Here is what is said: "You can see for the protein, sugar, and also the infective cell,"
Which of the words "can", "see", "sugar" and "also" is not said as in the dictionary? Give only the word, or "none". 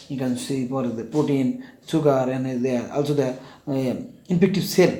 sugar